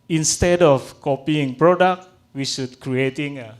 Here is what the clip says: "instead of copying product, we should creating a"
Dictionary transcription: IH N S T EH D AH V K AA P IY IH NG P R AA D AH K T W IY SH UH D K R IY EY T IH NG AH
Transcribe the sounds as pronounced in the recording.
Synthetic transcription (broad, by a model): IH N S T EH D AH F K AA P IY IH NG P R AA D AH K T W IY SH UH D K R IY EY T IH NG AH